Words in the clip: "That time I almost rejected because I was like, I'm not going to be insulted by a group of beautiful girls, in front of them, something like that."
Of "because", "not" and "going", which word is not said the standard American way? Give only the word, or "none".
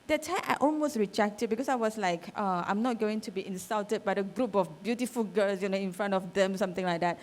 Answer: because